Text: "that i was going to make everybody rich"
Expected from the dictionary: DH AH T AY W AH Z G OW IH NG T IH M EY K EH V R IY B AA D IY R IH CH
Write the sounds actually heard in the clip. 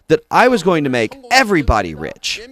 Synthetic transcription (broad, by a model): DH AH T AY W AH Z G OW IH NG T IH M EY K EH V R IY B AA D IY R IH CH